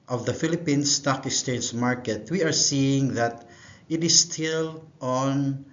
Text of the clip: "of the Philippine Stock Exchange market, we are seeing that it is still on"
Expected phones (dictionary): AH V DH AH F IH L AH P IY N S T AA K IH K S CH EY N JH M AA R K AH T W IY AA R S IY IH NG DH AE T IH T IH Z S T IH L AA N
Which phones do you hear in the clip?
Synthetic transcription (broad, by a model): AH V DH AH F IH L AH P IY N S T AA K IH S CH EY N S M AA R K AH T W IY AA R S IY IH NG DH AE T IH T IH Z S T IH L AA N